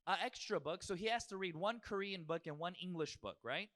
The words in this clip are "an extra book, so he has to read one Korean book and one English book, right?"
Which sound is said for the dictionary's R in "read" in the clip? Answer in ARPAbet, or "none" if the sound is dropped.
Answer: R